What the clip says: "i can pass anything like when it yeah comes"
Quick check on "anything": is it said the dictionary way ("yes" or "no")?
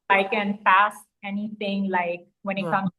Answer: no